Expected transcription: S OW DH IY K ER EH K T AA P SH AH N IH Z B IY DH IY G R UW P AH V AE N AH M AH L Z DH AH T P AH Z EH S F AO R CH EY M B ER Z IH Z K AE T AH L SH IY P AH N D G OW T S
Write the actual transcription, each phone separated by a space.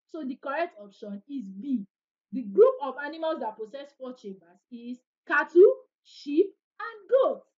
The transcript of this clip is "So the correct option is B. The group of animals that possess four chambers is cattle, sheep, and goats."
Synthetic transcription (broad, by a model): S OW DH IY K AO EH K T AA P SH AH N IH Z B IY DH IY G R UW P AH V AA N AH M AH L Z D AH T P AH S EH S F AO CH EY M B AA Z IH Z K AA T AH SH IY P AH N G OW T